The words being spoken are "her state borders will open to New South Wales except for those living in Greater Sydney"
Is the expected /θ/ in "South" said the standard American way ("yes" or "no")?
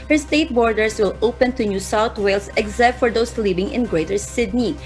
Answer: no